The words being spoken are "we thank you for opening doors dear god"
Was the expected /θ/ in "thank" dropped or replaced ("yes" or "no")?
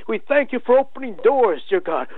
no